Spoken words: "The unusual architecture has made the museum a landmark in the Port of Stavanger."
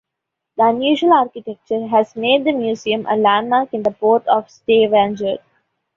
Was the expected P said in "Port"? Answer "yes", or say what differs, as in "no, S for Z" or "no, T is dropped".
yes